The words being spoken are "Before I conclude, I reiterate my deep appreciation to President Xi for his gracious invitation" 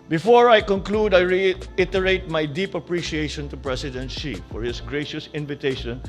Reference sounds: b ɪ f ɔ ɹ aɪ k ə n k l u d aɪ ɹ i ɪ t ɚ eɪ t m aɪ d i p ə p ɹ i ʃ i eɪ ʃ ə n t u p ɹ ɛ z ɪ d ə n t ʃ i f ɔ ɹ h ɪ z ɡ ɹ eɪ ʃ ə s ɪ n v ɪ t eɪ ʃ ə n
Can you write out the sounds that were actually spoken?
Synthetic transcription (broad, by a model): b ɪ f ɔ ɹ aɪ k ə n k l u d aɪ ɹ i ɪ t ɚ eɪ t m aɪ d i p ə p ɹ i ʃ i eɪ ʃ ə n t u p ɹ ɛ s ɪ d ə n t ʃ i f ɔ ɹ h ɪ s ɡ ɹ eɪ ʃ ə s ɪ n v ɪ t eɪ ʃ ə n